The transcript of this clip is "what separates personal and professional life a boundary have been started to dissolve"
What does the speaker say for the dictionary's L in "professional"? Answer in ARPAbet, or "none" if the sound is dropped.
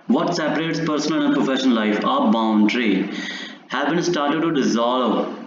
N